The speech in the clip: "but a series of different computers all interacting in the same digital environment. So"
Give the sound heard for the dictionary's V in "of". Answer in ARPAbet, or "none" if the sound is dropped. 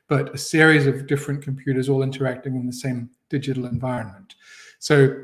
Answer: V